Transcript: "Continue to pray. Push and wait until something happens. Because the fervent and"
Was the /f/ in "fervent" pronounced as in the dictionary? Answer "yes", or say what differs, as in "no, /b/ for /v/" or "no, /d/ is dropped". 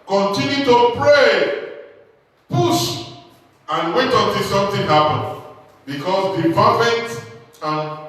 no, /p/ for /f/